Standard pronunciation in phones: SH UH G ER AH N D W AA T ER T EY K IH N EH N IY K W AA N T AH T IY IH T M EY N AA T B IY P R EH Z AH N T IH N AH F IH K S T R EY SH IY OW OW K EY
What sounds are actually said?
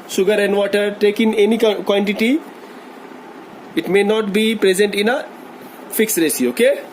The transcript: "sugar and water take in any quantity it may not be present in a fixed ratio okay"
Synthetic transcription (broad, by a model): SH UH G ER AH N D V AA T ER T EY K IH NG EH N IY K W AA N T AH T IY IH T M EY N AA T B IY P R EH Z AH N T IH N AH F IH K S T R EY S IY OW OW K EY